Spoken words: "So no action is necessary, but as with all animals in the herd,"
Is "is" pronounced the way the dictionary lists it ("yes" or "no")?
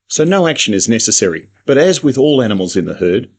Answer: yes